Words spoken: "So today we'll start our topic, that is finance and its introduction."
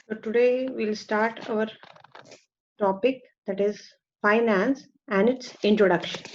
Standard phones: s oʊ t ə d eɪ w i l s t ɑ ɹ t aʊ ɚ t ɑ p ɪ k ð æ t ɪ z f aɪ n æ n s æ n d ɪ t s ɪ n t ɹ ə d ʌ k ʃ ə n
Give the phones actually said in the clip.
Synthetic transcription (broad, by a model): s oʊ t ə d eɪ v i l s t ɑ ɹ t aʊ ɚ t ɑ p ɪ k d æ t ɪ z f aɪ n æ n s æ n d ɪ t s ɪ n t ɹ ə d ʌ k ʃ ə n